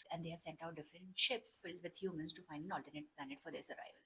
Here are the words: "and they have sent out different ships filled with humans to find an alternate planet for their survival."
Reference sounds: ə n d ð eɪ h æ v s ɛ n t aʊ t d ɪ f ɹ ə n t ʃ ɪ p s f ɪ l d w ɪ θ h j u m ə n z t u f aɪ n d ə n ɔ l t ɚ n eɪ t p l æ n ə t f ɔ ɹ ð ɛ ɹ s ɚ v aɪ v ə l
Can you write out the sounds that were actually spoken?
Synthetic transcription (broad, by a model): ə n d eɪ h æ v s ɛ n t aʊ t d ɪ f ɹ ə n t ʃ ɪ p s f ɪ l d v ɪ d h j u m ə n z t u f aɪ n d ə n ɔ l t ɚ n eɪ t p l æ n ə t f ɔ ɹ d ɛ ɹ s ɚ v aɪ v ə l